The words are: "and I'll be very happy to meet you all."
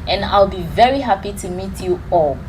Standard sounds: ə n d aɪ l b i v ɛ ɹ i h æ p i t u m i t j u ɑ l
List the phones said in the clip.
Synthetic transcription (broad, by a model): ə n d aɪ l b i v ɛ ɹ i h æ p i t u m i t j u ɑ l